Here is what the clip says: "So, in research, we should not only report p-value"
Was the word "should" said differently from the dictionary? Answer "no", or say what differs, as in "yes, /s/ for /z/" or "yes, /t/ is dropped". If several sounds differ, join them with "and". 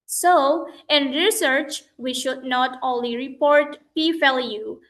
no